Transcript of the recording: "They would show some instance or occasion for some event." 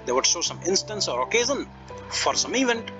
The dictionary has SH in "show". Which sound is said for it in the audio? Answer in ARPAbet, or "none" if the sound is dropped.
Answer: S